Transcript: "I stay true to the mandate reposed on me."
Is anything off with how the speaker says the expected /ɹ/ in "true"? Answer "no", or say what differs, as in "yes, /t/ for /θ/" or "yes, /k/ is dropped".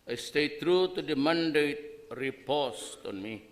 no